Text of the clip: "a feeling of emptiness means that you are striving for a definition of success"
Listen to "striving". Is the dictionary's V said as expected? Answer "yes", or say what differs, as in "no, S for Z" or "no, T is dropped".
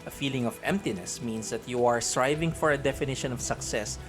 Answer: yes